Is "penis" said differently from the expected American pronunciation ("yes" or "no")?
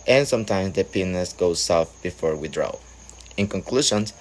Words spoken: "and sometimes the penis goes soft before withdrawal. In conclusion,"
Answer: no